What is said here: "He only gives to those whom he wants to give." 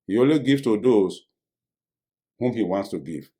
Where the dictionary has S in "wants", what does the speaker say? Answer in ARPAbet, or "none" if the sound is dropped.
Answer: S